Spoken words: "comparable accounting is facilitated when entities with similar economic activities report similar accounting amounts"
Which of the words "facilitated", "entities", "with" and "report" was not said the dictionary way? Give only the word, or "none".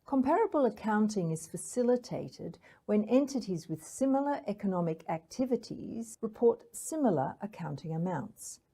none